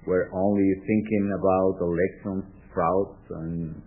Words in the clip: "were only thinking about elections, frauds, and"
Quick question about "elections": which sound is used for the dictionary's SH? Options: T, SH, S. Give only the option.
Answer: S